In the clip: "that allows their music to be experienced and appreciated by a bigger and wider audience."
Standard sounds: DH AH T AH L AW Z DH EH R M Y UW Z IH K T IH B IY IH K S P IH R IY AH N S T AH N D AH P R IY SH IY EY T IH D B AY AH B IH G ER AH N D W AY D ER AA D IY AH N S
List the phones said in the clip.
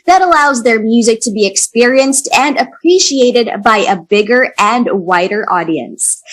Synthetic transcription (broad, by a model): DH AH T AH L AW Z DH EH R M Y UW Z IH K T IH B IY IH K S P IH R IY AH N S T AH N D AH P R IY SH IY EY T IH D B AY AH B IH G ER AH N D W AY D ER AA D IY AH N S